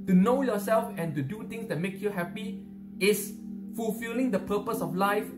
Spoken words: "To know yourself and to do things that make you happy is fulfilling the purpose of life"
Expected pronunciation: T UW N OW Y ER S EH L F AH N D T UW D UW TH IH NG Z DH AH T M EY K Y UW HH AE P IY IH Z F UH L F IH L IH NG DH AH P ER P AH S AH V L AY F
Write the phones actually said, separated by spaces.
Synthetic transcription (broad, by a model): T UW N OW Y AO S EH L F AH N T UW D UW T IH NG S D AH T M EY K Y UW HH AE P IY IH S F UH L F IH L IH NG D AH P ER P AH S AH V L AY F